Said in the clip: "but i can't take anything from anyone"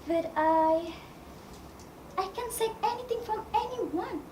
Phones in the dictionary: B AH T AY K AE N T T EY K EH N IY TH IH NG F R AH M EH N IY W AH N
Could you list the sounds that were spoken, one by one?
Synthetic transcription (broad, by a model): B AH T AY K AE N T S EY EH N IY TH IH NG F R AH M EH N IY W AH N